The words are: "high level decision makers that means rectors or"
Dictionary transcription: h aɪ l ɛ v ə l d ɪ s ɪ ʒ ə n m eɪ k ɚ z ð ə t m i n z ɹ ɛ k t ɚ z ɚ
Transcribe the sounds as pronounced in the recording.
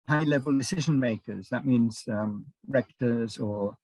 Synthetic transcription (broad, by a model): h aɪ l ɛ v ə l d ɪ s ɪ ʒ ə n m eɪ k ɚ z ð ə t m i n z ɹ ɛ k t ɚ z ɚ